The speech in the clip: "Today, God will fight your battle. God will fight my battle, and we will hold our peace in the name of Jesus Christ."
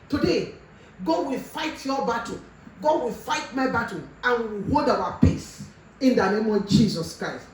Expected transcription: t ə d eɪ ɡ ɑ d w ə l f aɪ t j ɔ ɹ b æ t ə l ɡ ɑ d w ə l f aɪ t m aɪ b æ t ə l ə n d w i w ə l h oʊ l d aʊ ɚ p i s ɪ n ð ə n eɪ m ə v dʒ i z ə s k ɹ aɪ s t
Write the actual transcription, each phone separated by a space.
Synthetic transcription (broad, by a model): t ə d eɪ ɡ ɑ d w ə l f aɪ t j ɔ b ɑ t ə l ɡ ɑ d w ə l f aɪ t m aɪ b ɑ t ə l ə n w i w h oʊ d aʊ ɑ p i s ɪ n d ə n eɪ m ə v dʒ i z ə s k ɹ aɪ s t